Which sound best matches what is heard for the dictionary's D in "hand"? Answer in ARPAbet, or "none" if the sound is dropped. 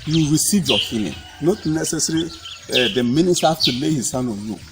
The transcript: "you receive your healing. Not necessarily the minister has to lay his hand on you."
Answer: none